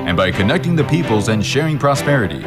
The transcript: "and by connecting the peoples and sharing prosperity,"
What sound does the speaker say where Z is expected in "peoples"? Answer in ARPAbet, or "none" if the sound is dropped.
Z